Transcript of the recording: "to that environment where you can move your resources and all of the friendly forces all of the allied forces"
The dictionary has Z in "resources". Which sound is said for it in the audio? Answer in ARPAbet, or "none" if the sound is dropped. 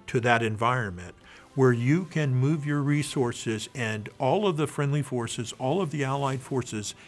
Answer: Z